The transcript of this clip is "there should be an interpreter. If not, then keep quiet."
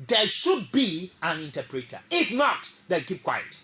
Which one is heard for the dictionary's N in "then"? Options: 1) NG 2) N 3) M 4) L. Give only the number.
4